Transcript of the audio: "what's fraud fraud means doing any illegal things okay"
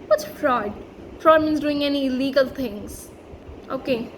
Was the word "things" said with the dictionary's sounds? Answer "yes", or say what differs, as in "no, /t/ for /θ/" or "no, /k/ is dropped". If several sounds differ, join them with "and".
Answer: no, /t/ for /θ/